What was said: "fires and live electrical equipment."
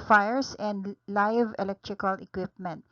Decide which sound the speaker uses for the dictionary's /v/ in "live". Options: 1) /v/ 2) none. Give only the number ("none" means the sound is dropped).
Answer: 1